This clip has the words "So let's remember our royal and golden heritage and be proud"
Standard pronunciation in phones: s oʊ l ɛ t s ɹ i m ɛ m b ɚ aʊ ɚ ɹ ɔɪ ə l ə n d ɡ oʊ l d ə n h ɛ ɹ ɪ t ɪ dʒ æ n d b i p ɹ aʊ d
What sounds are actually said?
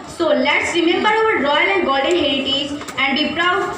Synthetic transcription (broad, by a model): s oʊ l ɛ t s ɹ i m ɛ m b ɚ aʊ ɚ ɹ ɔɪ ə l ə n d ɡ oʊ l d ə n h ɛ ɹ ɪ t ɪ z æ n d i p ɹ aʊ